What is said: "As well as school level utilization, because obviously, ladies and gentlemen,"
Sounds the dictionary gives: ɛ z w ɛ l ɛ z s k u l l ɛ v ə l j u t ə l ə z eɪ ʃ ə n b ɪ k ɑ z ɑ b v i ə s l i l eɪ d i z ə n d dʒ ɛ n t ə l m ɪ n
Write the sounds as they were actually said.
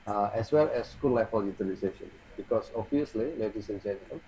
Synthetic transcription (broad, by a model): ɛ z w ɛ l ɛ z s k u l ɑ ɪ f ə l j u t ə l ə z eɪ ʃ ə n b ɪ k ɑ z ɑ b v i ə s l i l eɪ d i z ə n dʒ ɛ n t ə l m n